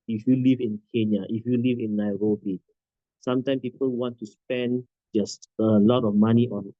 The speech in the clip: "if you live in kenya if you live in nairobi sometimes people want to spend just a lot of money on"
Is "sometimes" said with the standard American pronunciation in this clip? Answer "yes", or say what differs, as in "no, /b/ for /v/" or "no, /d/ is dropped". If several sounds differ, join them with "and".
no, /z/ is dropped